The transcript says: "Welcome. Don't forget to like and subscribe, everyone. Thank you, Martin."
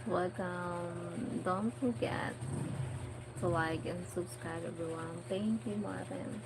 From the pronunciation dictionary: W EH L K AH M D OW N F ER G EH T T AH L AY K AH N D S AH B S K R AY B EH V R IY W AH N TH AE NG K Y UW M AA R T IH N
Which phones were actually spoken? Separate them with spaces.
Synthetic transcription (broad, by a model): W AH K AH M D OW N F ER G EH T S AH L AY K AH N S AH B S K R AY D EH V R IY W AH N TH AE NG K Y UW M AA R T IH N